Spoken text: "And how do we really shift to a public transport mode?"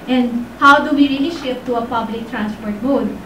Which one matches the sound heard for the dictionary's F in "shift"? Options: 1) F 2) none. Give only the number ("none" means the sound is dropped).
2